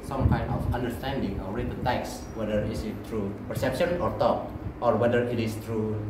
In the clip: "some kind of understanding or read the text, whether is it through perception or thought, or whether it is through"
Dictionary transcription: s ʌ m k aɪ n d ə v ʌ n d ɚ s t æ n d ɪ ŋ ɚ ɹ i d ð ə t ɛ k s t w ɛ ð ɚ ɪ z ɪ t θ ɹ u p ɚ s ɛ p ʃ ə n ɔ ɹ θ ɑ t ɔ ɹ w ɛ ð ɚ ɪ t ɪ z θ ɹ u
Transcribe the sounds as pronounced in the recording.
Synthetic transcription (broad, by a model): s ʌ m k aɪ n ə f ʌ n d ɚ s t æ n d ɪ ŋ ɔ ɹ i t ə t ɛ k s w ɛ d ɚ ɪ s ɪ t t ɹ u p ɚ s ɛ p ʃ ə n ɔ ɹ t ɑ t ɔ ɹ w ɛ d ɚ ɪ t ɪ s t ɹ u